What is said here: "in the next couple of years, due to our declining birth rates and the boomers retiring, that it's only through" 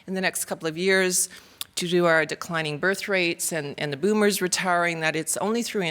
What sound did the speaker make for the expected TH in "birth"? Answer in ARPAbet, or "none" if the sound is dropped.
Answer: TH